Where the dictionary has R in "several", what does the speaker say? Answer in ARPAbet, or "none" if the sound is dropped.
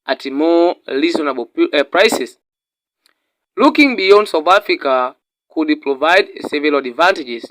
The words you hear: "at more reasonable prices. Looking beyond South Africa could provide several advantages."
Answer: none